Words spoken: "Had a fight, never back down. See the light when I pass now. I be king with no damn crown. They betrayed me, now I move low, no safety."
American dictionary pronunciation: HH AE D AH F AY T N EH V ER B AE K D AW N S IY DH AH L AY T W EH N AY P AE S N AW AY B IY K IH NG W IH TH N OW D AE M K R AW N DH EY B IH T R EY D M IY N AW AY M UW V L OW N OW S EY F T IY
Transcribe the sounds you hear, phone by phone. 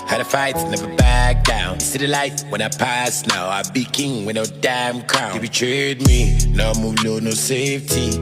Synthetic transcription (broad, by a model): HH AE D AH F AY T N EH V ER B AE K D AW N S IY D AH L AY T W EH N AY P AE S N AW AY B IY K IH NG W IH N OW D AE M K R AW N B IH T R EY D M IY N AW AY M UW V N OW N OW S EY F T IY